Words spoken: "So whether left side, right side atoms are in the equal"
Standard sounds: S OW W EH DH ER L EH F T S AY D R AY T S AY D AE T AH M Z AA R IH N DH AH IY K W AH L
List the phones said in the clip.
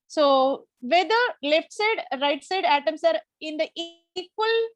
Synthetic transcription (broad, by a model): S OW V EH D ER L EH F T S AY D R AY T S AY D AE T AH M S AA R IH N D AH IY K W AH L